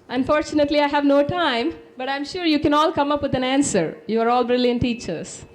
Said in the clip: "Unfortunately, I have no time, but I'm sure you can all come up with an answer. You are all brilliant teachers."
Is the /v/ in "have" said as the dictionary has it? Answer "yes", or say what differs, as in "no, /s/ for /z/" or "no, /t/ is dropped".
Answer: yes